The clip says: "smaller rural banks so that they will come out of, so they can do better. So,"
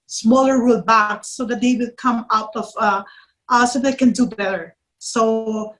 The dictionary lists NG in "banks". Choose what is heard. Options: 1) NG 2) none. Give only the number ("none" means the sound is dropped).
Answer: 2